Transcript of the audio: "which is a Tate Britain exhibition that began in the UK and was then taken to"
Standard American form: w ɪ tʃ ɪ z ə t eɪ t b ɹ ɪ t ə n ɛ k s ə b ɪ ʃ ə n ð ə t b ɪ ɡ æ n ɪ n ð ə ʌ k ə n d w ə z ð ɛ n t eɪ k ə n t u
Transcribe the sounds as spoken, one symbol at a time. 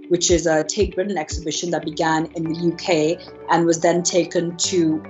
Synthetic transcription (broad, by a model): w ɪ tʃ ɪ z ə t eɪ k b ɹ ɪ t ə n ɛ k s ə b ɪ ʃ ə n ð ə t b ɪ ɡ æ n ɪ n ð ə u k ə n w ə z ð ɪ n t eɪ k ə n t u